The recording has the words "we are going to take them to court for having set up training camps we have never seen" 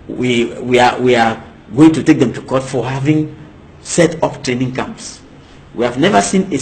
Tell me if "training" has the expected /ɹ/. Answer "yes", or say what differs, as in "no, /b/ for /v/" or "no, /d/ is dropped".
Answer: yes